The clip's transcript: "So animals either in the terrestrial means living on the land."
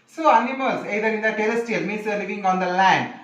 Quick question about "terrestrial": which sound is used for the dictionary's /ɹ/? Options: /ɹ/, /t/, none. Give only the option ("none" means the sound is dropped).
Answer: none